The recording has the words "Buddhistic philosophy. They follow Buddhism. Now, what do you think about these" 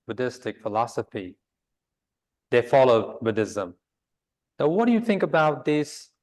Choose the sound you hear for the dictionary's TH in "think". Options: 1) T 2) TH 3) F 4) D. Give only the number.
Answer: 2